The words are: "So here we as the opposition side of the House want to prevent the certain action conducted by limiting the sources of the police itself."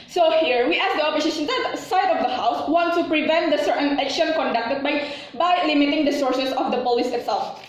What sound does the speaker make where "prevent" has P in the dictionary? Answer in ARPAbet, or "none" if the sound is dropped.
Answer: P